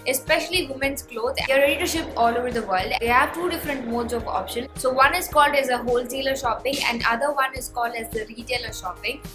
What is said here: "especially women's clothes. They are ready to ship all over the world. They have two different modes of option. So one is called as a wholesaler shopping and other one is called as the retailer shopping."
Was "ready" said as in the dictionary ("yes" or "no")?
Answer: no